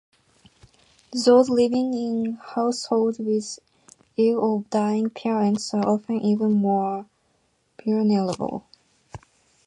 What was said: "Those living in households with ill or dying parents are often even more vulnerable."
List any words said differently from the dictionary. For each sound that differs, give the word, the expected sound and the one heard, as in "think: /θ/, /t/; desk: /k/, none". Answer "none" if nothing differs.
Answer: households: /z/, none; vulnerable: /v/, /b/